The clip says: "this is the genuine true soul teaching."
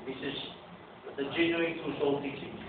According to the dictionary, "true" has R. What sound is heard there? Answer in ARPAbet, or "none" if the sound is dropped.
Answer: none